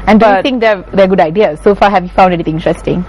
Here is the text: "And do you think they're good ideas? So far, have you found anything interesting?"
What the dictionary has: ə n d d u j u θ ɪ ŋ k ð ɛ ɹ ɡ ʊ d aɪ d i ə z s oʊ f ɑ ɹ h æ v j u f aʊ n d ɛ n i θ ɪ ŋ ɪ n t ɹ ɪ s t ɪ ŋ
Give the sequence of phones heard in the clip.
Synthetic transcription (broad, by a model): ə n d d u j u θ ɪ ŋ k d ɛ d ɡ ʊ d aɪ d i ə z s oʊ f ɑ h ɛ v j u f aʊ n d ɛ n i t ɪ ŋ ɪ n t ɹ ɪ s t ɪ ŋ